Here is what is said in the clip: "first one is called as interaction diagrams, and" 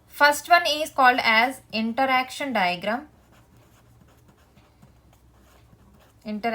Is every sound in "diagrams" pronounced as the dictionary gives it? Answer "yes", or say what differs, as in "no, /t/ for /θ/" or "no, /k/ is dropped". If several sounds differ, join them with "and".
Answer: no, /z/ is dropped